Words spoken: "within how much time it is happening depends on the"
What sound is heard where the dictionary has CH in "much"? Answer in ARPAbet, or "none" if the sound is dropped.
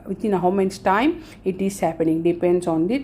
S